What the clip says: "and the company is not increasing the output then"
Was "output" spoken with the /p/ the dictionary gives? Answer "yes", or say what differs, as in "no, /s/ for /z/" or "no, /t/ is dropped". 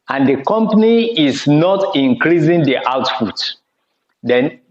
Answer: no, /f/ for /p/